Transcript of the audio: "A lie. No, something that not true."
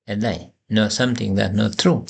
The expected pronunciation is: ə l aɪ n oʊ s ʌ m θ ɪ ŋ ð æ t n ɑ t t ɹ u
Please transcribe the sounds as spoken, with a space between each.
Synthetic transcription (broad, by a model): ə l aɪ n oʊ s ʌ m t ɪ ŋ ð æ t n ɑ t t ɹ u